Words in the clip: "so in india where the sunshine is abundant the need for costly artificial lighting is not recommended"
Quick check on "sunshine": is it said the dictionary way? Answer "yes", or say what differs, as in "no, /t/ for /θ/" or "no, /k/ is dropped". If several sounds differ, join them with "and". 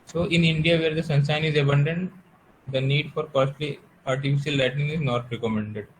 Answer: no, /s/ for /ʃ/